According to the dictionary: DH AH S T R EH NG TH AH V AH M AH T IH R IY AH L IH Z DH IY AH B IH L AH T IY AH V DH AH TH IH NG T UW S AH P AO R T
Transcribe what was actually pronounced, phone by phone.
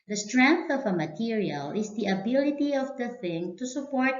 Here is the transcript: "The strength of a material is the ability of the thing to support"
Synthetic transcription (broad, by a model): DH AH S T R EH NG TH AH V AH M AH T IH R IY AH L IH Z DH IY AH B IH L AH T IY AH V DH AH TH IH NG T UW S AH P AO R T